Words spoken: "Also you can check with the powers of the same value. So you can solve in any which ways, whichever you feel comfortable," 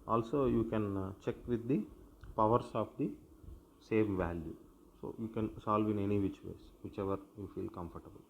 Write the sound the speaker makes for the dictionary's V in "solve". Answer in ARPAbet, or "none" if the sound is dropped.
V